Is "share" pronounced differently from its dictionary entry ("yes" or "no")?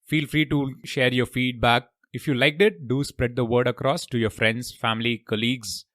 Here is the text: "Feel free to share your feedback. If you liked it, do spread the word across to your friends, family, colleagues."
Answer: no